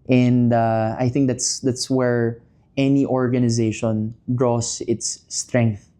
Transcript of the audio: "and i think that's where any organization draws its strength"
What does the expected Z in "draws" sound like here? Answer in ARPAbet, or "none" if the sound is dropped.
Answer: S